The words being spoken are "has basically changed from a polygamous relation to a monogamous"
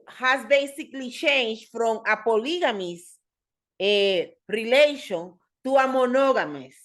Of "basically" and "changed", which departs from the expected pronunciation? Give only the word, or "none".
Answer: changed